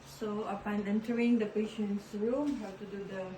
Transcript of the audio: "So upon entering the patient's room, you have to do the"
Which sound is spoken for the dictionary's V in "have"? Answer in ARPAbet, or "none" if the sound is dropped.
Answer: W